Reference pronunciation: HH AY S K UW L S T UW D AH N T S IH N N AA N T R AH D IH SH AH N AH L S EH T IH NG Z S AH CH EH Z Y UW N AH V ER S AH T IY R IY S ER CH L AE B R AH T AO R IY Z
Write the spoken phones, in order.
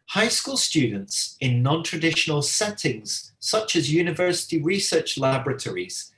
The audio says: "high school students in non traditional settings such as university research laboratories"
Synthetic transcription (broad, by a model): HH AY S K UW L S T UW D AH N T S IH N N AA N T R AH D IH SH AH N AH L S EH T IH NG Z S AH CH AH Z Y UW N AH V ER S AH T IY R IY S ER CH L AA B R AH T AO R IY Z